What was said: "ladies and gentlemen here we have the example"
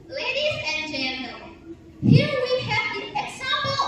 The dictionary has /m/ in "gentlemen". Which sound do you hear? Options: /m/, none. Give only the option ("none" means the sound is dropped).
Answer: none